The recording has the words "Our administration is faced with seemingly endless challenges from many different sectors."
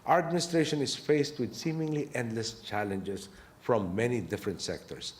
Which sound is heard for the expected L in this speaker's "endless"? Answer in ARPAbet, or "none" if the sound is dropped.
L